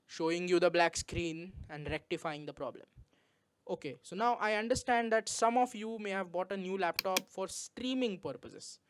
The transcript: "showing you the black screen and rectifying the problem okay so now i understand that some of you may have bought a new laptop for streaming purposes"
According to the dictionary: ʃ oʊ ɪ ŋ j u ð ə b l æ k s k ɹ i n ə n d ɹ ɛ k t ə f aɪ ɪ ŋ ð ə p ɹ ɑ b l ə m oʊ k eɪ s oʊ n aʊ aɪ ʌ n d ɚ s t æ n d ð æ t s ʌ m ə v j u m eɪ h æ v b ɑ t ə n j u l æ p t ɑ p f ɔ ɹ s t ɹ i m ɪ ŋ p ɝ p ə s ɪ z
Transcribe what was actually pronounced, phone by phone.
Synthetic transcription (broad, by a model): ʃ oʊ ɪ ŋ j u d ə b l æ k s k ɹ i n ə n d ɹ ɛ k t ə f aɪ ɪ ŋ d ə p ɹ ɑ b l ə m oʊ k eɪ s oʊ n aʊ aɪ ʌ n d ɚ s t æ n d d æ t s ʌ m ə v j u m eɪ h æ v b ɑ t ə n j u l æ p t ɑ p f ɔ ɹ s t ɹ i m ɪ ŋ p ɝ p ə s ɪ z